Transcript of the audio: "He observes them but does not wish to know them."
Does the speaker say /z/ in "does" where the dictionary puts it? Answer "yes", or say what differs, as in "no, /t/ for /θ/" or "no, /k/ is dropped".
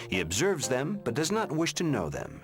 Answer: yes